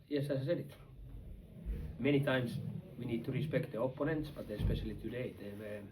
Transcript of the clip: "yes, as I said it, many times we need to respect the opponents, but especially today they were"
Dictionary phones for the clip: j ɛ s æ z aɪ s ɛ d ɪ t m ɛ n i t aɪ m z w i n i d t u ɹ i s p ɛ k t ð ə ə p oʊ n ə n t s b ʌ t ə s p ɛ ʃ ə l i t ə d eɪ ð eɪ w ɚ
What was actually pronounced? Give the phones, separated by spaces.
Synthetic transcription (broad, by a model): j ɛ s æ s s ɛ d ɪ t m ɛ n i t aɪ m s w i n i d t u ɹ i s p ɛ k t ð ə ə p oʊ n ə n t s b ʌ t ə s p ɛ ʃ ə l i t ə d eɪ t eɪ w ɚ